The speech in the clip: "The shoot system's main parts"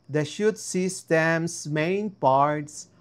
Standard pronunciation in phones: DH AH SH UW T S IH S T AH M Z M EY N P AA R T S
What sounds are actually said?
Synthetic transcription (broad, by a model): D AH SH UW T S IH S T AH M S M EY N P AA R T S